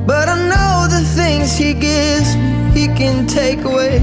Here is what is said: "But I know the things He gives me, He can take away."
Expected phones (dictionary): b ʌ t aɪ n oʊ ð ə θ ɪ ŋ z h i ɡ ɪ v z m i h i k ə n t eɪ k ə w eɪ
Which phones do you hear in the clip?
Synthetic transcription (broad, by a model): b ʌ t aɪ n oʊ ð ə θ ɪ ŋ z h i ɡ ɪ v z h i k ə n t eɪ k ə w eɪ